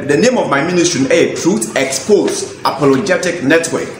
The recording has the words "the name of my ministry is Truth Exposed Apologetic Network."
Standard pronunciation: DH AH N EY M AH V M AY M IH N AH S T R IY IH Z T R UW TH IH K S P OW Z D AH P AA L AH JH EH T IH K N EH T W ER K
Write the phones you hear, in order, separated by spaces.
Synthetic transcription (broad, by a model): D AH N EY M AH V M AY M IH N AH S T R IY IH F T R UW T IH K S P OW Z AH P AA L AH JH EH T IH K N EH T W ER K